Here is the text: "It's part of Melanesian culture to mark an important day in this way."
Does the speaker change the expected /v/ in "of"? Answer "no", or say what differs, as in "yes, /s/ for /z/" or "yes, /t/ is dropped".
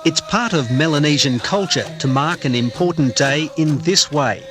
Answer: no